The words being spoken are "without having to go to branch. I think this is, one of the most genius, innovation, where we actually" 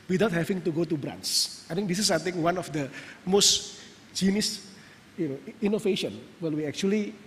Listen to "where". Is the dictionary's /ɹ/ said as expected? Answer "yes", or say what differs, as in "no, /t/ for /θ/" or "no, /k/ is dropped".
no, /l/ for /ɹ/